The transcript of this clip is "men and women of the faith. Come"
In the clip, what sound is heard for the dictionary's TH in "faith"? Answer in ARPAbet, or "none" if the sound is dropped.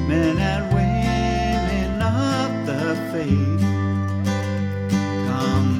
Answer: S